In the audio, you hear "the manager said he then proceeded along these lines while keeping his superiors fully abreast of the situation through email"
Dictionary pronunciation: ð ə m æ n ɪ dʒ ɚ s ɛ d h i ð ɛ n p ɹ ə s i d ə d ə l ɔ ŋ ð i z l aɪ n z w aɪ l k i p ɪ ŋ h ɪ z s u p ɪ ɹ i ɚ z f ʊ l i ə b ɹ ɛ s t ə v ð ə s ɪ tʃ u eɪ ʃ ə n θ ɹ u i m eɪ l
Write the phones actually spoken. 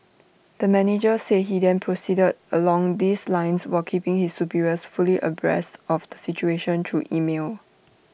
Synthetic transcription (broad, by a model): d ə m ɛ n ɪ dʒ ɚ s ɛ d h i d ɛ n p ɹ ə s i d ə d ə l ɔ ŋ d i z l aɪ n s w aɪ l k i p ɪ ŋ h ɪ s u p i ɹ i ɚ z f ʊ l i ə b ɹ ɛ s t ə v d ə s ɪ tʃ u eɪ ʃ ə n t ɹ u i m eɪ l